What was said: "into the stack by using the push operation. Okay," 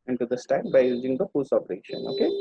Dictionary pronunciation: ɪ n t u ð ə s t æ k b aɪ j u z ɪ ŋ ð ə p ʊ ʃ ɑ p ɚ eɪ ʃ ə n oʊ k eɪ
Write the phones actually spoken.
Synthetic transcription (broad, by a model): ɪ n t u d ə s t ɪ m b aɪ j u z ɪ ŋ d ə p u s ɑ p ɚ eɪ ʃ ə n oʊ k eɪ